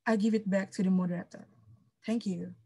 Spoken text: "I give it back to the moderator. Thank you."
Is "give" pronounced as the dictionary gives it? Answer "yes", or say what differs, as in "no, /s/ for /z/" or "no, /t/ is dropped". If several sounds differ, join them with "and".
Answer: yes